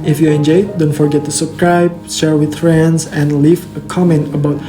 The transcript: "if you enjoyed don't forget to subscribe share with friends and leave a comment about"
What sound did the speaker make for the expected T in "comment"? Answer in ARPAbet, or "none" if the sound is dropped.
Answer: T